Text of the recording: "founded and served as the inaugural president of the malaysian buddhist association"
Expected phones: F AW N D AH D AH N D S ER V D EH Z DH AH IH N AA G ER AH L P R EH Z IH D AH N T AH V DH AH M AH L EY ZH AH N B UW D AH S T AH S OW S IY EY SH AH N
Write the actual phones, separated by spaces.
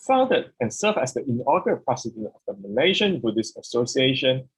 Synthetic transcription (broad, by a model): F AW N D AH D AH N S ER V EH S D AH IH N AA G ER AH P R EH S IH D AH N AH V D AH M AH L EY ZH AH N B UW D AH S AH S OW S IY EY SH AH N